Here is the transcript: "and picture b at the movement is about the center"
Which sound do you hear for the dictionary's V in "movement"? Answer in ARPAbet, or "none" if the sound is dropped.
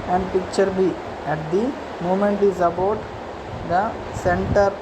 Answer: none